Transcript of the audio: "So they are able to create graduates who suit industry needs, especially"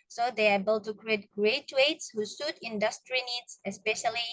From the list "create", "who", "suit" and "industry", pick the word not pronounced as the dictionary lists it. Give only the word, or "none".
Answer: none